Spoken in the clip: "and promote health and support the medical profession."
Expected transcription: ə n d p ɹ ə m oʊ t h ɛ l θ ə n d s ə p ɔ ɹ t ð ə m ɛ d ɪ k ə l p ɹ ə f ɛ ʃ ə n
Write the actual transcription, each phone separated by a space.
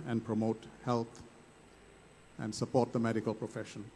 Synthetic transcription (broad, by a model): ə n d p ɹ ə m oʊ t h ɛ l t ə n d s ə p ɔ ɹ t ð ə m ɛ d ɪ k ə l p ɹ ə f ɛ ʃ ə n